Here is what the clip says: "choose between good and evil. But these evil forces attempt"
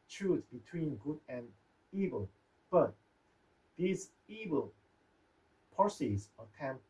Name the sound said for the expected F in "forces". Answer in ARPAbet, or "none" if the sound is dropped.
P